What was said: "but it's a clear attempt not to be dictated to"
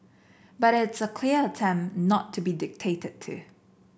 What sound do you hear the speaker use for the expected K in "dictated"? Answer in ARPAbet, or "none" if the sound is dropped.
K